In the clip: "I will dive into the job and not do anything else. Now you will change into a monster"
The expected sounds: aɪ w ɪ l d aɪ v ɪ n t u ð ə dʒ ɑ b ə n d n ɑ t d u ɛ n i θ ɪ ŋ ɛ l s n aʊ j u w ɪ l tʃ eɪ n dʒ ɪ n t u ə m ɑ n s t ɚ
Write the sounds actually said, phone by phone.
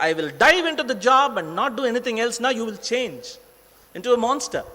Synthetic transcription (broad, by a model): aɪ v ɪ l d aɪ v ɪ n t u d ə dʒ ɑ b ə n d n ɑ t d u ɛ n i t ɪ ŋ ɛ l s n aʊ j u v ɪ l tʃ eɪ n dʒ ɪ n t u ə m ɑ n s t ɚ